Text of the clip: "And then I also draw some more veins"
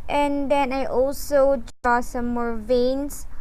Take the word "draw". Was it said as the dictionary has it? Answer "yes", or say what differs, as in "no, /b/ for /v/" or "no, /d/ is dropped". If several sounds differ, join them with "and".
no, /ɹ/ is dropped